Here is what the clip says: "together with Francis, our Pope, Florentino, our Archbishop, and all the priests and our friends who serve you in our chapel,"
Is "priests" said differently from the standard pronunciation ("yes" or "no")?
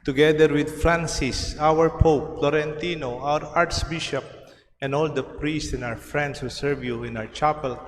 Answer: no